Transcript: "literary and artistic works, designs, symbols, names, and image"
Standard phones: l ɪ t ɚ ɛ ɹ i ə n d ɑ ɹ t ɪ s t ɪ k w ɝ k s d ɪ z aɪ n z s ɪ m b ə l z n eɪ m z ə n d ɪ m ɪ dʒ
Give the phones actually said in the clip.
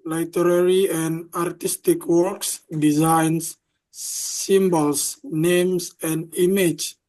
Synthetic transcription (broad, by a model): l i t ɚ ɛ ɹ i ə n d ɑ ɹ t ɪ s t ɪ k w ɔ k s d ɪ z aɪ n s s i m b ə l s n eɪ m s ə n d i m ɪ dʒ